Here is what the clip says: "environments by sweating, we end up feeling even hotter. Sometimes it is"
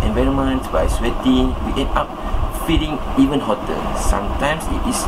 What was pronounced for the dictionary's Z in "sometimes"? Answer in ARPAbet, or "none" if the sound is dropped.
S